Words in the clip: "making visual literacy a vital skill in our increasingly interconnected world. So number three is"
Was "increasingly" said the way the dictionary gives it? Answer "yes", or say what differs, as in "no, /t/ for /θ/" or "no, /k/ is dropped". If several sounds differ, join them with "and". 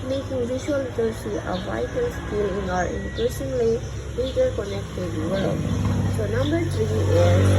no, /ʃ/ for /s/